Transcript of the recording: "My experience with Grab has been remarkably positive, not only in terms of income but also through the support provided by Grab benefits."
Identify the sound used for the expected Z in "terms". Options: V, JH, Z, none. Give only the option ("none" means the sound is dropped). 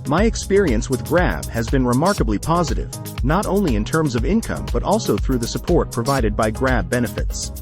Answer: Z